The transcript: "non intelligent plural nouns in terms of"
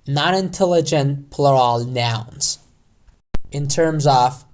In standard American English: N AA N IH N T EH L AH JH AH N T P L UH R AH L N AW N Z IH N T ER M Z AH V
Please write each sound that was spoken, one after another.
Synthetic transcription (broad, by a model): N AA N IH N T EH L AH JH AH N P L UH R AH L N AW N Z IH N T ER M Z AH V